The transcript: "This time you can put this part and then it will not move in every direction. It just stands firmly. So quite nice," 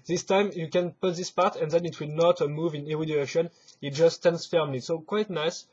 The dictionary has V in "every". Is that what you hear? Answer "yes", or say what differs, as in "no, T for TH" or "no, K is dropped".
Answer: no, V is dropped